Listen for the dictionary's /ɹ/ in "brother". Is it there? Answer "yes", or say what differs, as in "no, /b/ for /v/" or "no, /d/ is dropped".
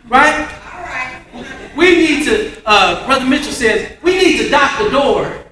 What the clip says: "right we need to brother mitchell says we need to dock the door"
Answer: yes